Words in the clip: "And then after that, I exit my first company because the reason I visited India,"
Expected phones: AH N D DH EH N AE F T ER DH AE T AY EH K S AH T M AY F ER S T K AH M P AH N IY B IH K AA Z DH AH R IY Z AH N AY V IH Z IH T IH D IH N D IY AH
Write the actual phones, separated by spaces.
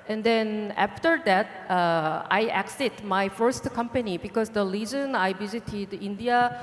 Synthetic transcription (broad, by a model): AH N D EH N AE F T ER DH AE T AY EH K S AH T M AY F ER S T K AH M P AH N IY B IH K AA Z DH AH L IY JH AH N AY V IH Z IH T IH D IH N D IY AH